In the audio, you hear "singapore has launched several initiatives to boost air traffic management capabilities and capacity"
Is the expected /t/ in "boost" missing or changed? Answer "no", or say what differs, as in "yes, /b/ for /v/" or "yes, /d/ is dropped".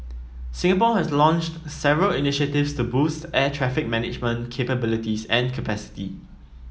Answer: no